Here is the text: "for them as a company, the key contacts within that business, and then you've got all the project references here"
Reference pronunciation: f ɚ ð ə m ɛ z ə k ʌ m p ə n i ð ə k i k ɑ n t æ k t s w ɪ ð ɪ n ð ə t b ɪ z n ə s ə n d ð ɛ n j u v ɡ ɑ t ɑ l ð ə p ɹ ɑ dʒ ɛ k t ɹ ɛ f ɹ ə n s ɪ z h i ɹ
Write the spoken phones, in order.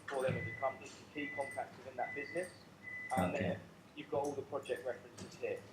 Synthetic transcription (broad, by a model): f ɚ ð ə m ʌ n ə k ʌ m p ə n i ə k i k ɑ n t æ k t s w ɪ ð ɪ n ð ə t b ɪ z n ə s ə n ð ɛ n j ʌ v ɡ ɑ t ɑ l ð ə p ɹ ɑ dʒ ɛ k t ɹ ɛ f ɹ ə n s ɪ z h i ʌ